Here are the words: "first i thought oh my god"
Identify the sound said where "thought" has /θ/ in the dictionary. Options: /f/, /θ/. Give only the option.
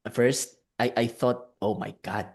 /θ/